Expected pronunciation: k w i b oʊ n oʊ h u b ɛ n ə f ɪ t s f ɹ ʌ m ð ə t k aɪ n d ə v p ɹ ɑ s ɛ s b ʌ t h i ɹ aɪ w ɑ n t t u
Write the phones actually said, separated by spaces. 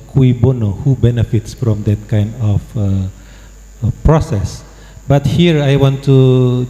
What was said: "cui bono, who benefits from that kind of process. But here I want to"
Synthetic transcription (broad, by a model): k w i b oʊ n oʊ h u b ɛ n ə f ɪ t s f ɹ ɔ m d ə t k aɪ n d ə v p ɹ ɑ s ɛ s b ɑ t h i ɹ aɪ w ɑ n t t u